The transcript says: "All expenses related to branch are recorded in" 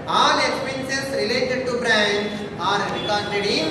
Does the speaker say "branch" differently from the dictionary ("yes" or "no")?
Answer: yes